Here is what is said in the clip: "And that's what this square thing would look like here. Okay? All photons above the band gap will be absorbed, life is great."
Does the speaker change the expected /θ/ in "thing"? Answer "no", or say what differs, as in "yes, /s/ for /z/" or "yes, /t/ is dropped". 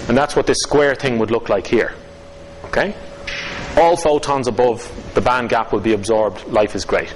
no